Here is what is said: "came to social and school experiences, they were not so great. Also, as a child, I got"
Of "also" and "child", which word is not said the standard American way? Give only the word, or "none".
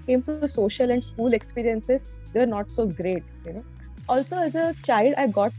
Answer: none